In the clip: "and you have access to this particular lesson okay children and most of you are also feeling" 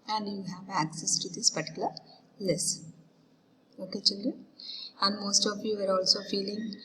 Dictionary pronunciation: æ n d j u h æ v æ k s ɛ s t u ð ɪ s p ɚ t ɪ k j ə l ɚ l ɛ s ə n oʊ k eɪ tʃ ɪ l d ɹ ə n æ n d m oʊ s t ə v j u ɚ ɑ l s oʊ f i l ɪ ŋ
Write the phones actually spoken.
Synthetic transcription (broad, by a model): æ n d j u h æ v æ k s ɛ s t u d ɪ s p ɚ t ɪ k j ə l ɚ l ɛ s oʊ k eɪ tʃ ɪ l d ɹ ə æ n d m oʊ s t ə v j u ɚ ɑ l s oʊ f i l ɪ ŋ